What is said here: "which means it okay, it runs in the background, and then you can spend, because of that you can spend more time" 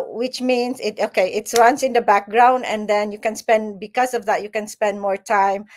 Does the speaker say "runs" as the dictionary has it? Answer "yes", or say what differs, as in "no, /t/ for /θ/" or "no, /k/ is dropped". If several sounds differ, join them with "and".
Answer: no, /w/ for /ɹ/ and /s/ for /z/